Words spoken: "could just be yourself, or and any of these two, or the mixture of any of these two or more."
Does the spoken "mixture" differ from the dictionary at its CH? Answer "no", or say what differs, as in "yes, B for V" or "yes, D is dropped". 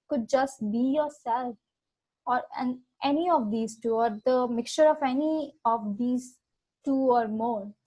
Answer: no